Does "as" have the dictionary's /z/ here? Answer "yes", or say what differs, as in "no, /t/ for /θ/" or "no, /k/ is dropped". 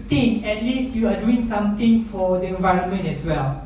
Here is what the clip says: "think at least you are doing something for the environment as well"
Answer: no, /s/ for /z/